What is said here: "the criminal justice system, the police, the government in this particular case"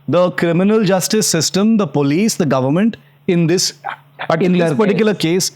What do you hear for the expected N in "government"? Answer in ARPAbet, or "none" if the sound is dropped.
N